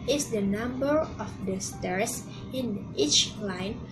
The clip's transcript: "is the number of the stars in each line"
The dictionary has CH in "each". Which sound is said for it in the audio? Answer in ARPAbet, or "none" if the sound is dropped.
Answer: CH